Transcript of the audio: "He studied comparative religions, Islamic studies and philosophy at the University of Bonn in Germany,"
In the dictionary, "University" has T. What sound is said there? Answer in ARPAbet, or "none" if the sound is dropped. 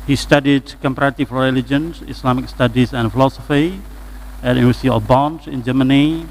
S